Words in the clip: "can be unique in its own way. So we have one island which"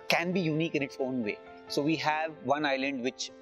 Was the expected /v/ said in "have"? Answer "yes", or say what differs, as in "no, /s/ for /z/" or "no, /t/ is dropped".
yes